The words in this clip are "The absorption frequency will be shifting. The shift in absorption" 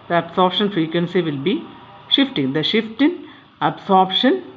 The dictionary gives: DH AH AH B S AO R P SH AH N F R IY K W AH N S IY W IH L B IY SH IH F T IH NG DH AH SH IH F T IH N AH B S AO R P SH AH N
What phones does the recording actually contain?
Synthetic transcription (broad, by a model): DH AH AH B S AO R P SH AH N F R IY K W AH N S IY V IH L B IY SH IH F T IH NG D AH SH IH F T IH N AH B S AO R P SH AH N